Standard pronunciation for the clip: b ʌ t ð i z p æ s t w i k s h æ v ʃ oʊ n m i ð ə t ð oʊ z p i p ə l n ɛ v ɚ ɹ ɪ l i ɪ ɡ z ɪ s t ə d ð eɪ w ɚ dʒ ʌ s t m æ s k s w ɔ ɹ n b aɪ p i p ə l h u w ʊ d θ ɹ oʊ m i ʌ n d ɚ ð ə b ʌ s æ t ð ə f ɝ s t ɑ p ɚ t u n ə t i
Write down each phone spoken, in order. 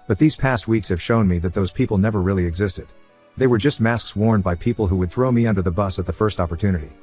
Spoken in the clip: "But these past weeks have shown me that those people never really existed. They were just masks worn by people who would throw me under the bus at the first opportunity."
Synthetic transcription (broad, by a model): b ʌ t ð i z p æ s t w i k s h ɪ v ʃ oʊ n m i ð ə t ð oʊ z p i p l n ɛ v ɚ ɹ ɪ l i ɪ ɡ z ɪ s t ə d ð eɪ w ɚ dʒ ʌ s t m æ s k s w ɔ ɹ n b aɪ p i p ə l h u w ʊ d θ ɹ oʊ m i ʌ n d ɚ ð ə b ʌ s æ t ð ə f ɝ s t ɑ p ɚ t u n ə t i